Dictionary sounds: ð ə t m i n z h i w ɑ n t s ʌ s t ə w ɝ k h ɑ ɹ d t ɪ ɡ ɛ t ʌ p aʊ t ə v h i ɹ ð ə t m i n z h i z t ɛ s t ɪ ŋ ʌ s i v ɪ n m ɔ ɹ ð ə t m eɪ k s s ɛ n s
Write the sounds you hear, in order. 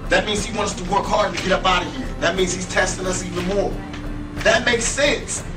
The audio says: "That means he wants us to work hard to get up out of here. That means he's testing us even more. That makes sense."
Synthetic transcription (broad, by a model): ð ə t m i n z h i w ɑ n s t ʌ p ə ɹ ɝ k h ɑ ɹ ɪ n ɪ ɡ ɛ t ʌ b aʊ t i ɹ ð ə t m i n z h i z t ɛ s t ɪ ŋ ʌ s i v ɪ n m ɔ ɹ ð ə t m eɪ k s s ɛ n s